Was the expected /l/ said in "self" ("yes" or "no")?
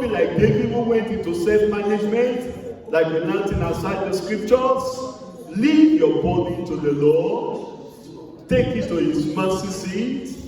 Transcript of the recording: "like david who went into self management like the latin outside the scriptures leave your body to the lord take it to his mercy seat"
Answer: no